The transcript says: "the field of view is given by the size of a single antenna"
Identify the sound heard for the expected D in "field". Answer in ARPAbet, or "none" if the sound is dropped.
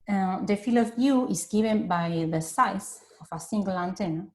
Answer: none